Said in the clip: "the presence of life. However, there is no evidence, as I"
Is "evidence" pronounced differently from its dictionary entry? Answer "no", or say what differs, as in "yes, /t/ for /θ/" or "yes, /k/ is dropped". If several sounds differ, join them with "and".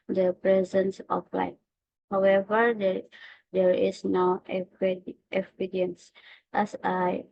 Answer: yes, /p/ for /v/